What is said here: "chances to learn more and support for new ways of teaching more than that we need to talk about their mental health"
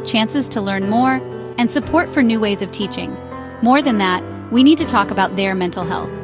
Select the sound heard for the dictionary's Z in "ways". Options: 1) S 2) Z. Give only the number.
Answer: 2